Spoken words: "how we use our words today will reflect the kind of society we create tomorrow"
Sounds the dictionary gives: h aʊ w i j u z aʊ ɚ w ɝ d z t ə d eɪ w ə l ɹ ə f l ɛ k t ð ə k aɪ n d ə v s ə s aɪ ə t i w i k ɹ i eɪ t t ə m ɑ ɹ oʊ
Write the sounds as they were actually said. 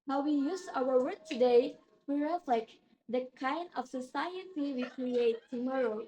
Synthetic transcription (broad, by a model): h aʊ w i j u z aʊ ɚ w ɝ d t ə d eɪ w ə ɹ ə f l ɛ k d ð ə k aɪ n d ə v s ə s aɪ ə t i w i k ɹ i eɪ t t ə m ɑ ɹ oʊ